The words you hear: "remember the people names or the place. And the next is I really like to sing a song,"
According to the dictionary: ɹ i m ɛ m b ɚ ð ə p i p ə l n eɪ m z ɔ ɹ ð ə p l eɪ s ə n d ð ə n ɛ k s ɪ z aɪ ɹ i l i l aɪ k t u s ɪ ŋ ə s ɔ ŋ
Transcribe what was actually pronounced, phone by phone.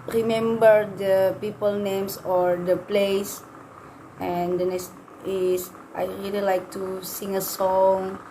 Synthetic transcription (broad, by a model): ɹ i m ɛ m b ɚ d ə p i p ə l n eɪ m s ɔ ɹ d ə p l eɪ s ə n d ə n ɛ s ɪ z aɪ ɹ i l i l aɪ k t u s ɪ ŋ ə s ɔ ŋ